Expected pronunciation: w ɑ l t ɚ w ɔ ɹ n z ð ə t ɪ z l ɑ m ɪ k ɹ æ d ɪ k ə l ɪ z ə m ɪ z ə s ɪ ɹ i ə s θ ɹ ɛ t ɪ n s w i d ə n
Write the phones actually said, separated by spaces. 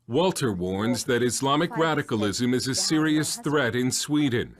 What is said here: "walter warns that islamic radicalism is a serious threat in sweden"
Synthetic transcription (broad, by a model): w ɑ l t ɚ w ɔ ɹ n z ð ə t ɪ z l ɑ m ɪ k ɹ æ d ɪ k ə l ɪ z ə m ɪ z ə s ɪ ɹ i ə s θ ɹ ɛ t ɪ n s w i d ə n